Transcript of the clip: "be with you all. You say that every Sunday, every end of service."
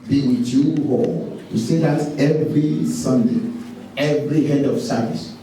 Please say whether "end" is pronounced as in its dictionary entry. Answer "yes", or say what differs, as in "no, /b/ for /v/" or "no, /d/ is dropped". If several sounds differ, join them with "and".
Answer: no, /n/ is dropped